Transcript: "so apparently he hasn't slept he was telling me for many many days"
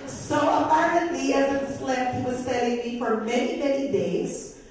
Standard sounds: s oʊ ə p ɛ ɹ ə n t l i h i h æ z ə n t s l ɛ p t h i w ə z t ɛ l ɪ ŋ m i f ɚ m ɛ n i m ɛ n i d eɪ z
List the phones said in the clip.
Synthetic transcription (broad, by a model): s oʊ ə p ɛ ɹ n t i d i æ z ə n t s l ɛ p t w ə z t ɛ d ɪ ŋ m i f ɚ m ɛ n i m ɛ n i d eɪ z